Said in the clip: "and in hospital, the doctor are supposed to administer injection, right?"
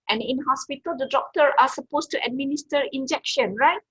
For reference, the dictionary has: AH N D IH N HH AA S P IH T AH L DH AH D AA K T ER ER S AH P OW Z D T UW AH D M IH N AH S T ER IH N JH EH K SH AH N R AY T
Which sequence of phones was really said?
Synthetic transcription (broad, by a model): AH N IH N HH AA S P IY T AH L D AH D AA K T ER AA S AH P OW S T UW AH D M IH N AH S T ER IH N JH EH K SH AH N R AY T